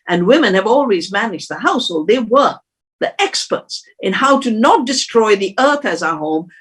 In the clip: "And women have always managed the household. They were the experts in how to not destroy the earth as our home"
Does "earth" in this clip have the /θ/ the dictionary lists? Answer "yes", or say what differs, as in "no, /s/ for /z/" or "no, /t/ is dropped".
yes